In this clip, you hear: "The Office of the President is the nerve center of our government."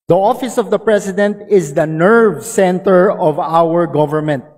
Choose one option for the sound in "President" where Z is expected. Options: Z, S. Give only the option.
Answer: S